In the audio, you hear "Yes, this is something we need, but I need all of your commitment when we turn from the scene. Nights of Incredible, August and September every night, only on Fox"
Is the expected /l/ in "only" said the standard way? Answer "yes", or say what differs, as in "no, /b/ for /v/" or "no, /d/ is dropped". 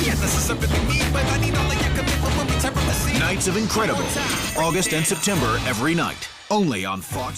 yes